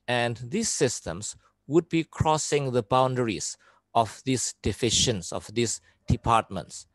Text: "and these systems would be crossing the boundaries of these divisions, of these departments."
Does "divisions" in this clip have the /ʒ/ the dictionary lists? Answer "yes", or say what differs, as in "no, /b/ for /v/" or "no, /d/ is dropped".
no, /ʃ/ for /ʒ/